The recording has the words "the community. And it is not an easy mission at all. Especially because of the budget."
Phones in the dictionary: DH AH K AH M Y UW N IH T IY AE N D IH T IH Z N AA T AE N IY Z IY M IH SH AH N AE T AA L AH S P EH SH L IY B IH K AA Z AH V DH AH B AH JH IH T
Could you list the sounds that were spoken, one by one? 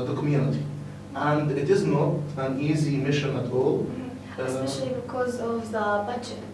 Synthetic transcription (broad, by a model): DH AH K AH M Y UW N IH T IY AE N D IH T IH Z N AA T AE N IY Z IY M IH SH AH N AE T AA L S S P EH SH L IY B IH K AA Z AH V DH AH B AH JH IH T